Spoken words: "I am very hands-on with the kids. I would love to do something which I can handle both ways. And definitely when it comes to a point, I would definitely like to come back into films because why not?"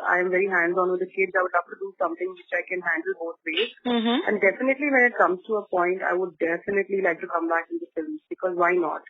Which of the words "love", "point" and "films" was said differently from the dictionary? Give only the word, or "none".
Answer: love